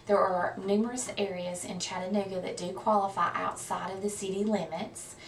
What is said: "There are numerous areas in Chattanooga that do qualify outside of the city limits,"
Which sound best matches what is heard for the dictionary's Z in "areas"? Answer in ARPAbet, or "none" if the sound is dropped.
Z